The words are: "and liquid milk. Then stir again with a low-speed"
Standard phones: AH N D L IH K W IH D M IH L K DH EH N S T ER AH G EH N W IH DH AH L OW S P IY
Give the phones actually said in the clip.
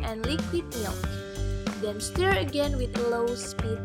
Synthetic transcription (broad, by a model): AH N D L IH K W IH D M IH K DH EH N S T ER AH G EH N W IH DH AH L OW S P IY